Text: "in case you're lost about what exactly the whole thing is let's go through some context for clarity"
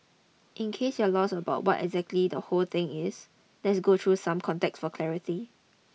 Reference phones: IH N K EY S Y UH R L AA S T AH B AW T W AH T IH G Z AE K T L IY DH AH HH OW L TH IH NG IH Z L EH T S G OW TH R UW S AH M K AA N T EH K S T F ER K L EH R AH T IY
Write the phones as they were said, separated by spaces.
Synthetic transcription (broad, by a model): IH N K EY S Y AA L AA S AH B AW T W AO T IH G Z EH K T L IY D AH HH OW L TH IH NG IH S L EH T S G OW T R UW S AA M K AA N T EH K S F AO K L EH R AH T IY